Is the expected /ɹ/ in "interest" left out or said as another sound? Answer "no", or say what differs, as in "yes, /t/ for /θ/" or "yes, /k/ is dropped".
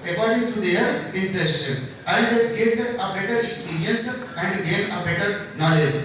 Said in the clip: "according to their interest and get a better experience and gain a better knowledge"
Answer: no